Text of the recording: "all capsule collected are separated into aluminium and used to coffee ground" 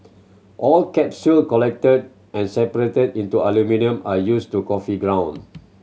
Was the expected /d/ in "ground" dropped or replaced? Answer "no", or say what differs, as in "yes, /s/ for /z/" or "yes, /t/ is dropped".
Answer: yes, /d/ is dropped